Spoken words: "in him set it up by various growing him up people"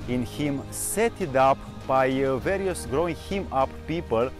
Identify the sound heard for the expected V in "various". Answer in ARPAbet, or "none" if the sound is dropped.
V